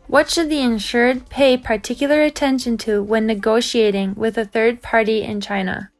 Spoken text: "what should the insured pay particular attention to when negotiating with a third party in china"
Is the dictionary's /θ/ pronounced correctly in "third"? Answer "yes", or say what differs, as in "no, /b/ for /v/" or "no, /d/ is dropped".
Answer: yes